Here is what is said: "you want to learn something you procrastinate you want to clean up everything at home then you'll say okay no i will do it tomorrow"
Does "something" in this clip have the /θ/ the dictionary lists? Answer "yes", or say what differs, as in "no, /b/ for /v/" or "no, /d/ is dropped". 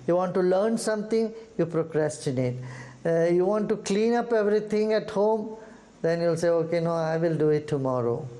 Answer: no, /t/ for /θ/